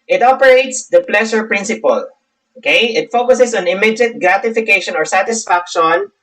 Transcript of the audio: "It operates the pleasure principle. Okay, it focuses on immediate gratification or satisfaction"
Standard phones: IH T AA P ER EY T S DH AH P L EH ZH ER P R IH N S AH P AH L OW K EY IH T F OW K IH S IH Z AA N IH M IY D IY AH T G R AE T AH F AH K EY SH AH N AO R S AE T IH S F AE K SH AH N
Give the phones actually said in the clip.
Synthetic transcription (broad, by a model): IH T AA P ER EY T S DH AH P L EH SH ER P R IH N S AH P AH L OW K EY IH T F OW K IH S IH S AA N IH M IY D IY T G R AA T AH F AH K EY SH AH N AO R S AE T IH S F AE K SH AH N